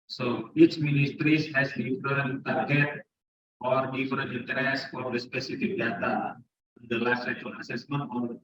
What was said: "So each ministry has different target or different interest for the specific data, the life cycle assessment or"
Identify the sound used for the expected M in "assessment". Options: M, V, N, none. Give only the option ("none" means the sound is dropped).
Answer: M